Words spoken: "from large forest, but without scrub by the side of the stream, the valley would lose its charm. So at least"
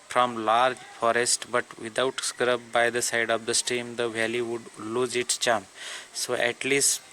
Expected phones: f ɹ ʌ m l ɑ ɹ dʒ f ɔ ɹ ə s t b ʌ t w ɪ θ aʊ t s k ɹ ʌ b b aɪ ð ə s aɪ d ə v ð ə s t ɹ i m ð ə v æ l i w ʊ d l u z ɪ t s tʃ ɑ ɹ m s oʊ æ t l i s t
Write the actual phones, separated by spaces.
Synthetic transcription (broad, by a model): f ɹ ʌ m l ɑ ɹ dʒ f ɔ ɹ ə s t b ʌ t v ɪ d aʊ t s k ɹ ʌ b b aɪ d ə s aɪ d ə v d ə s t i m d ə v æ l i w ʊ d l u z ɪ t s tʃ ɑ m s oʊ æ t l i s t